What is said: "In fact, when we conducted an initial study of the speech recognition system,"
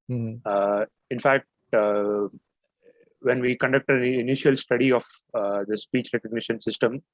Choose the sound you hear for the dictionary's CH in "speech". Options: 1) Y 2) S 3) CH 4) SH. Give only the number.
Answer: 3